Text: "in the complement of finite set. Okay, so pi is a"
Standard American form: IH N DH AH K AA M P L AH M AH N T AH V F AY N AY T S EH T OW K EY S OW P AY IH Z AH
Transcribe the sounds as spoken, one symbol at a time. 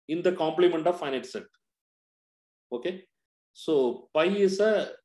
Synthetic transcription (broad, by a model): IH N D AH K AA M P L AH M AH N T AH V F AY N AY T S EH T OW K EY S OW P AY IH S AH